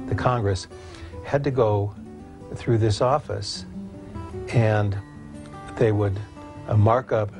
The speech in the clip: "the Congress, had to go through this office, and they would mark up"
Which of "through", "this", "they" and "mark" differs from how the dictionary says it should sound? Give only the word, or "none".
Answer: none